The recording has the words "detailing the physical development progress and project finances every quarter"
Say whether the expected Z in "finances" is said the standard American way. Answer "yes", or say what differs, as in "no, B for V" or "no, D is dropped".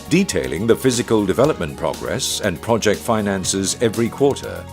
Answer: yes